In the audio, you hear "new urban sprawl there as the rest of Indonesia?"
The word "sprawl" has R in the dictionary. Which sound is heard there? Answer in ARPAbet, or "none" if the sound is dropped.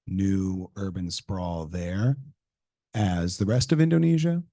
R